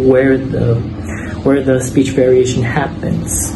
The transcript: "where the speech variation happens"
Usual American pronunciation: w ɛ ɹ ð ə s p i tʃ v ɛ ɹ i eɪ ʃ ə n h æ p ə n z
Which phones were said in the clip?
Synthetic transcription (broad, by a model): w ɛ ɹ ð ə s p i tʃ v ɛ ɹ i eɪ ʃ ə n h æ p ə n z